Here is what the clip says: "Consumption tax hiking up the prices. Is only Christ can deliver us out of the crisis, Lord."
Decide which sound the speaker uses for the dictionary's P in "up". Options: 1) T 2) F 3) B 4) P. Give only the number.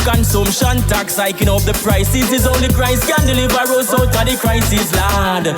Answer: 2